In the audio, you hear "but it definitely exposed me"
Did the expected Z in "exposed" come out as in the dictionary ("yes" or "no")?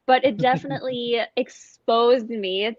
yes